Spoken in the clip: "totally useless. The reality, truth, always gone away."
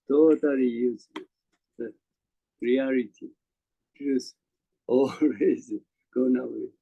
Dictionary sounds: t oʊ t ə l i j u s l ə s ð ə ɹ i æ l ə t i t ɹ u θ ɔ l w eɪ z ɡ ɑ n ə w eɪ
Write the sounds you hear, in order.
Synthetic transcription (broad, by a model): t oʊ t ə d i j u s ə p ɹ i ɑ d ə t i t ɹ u s ɔ l w eɪ z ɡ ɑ n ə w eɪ